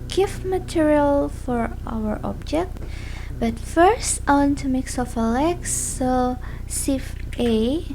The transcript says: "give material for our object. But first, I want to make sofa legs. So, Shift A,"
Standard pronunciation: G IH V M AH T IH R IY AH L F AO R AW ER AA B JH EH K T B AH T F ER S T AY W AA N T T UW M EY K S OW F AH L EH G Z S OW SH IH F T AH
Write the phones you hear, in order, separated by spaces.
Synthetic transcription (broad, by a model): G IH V M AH T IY R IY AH L F AO R AW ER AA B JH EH K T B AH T F ER S T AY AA N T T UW M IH K S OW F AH L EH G S OW S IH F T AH